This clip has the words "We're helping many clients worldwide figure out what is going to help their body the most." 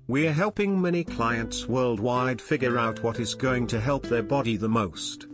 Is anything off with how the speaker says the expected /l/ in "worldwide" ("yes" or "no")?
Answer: no